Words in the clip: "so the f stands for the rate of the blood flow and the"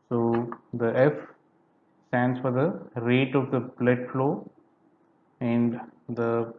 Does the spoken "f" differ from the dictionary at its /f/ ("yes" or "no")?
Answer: no